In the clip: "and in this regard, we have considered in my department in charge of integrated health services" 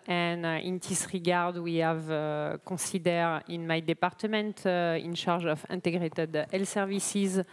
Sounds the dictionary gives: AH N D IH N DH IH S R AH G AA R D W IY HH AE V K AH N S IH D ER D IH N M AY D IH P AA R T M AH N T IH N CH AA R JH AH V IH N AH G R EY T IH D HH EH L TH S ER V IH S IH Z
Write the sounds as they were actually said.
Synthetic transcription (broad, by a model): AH N IH N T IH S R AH G AA R D W IY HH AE V K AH S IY D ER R IH N M AY D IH P AA R T M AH N T IH N SH AA R ZH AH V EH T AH G R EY T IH D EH L S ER V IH S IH Z